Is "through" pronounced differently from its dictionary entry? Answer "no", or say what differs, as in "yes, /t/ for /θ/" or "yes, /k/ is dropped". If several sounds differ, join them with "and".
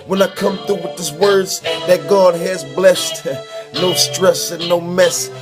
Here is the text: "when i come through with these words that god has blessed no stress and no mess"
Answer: yes, /ɹ/ is dropped